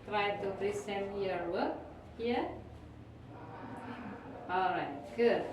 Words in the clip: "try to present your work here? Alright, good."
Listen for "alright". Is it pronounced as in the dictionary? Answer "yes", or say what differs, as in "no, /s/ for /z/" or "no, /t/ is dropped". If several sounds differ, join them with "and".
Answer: yes